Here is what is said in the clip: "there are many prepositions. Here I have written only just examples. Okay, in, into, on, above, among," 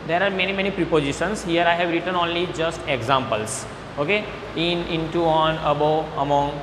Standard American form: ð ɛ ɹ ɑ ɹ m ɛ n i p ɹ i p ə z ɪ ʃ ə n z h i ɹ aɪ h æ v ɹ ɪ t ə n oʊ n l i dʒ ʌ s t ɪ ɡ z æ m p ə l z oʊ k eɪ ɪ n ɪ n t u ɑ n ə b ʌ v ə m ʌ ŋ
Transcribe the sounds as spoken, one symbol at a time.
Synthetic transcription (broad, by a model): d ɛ ɹ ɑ ɹ m ɛ n i p ɹ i p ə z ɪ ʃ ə n s h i ɹ aɪ h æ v ɹ ɪ t ə n oʊ n l i dʒ ʌ s t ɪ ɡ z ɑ m p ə l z oʊ k eɪ ɪ n ɪ n t u ɑ n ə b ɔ ə m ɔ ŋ